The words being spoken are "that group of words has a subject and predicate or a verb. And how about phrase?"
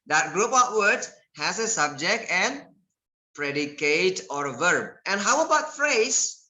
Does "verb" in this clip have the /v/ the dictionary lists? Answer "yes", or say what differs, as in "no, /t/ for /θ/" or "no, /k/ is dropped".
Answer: yes